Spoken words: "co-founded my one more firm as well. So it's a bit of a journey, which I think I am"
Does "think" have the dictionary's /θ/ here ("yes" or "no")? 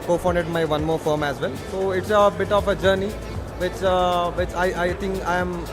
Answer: no